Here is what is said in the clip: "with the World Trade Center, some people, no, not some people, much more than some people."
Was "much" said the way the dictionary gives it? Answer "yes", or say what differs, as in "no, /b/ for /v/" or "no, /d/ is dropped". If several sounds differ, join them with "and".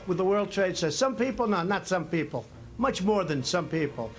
yes